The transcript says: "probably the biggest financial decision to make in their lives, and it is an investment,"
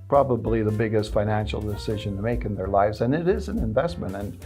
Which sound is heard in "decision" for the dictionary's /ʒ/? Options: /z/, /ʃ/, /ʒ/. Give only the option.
/ʒ/